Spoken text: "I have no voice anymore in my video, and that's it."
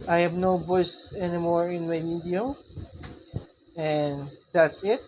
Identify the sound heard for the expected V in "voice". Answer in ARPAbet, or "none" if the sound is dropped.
B